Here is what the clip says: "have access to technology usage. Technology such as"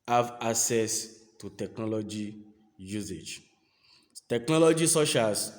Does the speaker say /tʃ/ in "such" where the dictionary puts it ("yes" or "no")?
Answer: no